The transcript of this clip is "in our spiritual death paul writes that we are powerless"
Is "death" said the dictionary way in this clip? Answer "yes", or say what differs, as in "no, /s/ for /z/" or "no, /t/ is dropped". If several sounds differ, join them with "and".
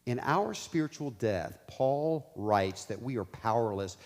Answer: yes